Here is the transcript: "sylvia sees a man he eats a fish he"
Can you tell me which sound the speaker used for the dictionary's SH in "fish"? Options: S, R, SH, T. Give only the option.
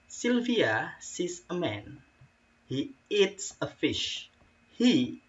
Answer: SH